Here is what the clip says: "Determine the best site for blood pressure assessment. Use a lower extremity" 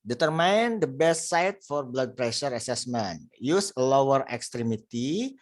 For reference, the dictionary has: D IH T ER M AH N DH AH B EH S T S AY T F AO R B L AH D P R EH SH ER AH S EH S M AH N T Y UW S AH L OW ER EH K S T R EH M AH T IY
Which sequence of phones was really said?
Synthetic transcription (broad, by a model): D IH T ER M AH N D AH B EH S T S AY T F AO R B L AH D P R EH SH ER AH S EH S M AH N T Y UW S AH L OW ER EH K S T R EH M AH T IY